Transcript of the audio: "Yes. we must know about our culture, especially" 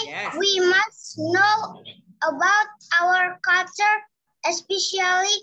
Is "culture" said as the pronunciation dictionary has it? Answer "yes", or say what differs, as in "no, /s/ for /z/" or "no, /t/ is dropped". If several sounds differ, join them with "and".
no, /l/ is dropped